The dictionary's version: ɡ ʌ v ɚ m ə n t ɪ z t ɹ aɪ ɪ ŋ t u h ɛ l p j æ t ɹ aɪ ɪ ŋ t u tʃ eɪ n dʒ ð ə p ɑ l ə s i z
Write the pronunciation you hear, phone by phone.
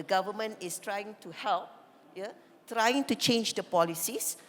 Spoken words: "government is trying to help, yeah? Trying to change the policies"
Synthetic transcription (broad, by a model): ɡ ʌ v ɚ m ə n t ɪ s t ɹ aɪ ɪ ŋ t u h ɛ l p j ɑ t ɹ aɪ ɪ ŋ t u tʃ eɪ n dʒ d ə p ɑ l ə s i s